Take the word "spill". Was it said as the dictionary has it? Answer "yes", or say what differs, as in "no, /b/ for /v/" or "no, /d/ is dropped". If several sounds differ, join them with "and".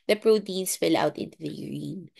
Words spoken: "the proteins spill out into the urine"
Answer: no, /f/ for /p/